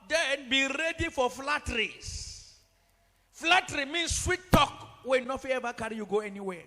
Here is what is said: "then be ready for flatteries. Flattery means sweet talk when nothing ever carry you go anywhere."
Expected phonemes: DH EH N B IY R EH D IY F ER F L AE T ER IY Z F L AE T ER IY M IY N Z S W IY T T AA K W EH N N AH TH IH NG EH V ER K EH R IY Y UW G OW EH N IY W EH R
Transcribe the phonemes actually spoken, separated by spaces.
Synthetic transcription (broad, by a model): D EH N B IY R EH D IY F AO F L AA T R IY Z F L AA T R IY M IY N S S W IY T T AA K W EH N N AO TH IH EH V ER K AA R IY Y UW G OW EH N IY W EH